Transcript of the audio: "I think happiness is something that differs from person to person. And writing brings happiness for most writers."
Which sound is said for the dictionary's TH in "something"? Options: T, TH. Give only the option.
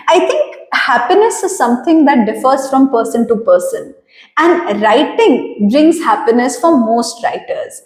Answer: T